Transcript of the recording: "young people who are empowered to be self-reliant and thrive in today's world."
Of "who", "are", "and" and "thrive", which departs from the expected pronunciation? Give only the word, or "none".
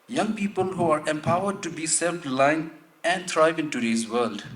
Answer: thrive